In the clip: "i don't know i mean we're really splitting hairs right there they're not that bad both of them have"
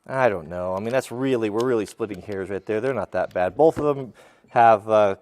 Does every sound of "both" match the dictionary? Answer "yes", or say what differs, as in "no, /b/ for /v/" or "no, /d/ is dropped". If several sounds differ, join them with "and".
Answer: yes